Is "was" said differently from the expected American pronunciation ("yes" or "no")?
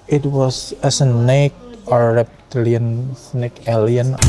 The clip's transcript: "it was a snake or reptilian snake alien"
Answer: yes